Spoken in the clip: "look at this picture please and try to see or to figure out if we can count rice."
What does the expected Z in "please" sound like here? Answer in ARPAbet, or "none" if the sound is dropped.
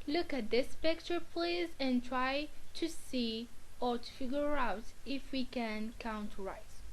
Z